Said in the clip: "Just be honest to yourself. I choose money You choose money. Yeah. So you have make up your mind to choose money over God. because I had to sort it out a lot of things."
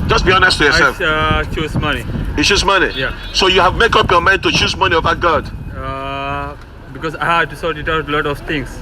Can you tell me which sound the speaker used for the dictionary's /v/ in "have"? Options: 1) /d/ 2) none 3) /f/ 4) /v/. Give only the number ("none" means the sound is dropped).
4